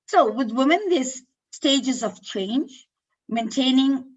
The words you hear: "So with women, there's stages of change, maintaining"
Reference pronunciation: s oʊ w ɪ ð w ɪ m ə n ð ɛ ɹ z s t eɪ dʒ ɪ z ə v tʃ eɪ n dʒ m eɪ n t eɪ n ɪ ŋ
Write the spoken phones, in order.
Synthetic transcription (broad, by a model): s oʊ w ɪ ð w ɪ m ə n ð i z s t eɪ dʒ ɪ z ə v tʃ eɪ n dʒ m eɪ n t eɪ n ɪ ŋ